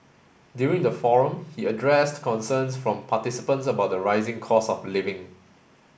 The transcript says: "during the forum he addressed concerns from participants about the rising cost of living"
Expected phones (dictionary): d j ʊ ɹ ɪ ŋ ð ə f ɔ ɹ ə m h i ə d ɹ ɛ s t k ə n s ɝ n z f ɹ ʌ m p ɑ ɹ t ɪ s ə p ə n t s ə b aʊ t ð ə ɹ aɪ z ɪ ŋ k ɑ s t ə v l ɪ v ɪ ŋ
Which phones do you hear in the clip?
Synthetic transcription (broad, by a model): d j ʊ ɹ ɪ ŋ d ə f ɔ ɹ ə m h i ə d ɹ ɛ s t k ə n s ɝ n s f ɹ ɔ m p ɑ t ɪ s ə p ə n t s ə b aʊ t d ə ɹ aɪ z ɪ ŋ k ɑ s ə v l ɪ v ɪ ŋ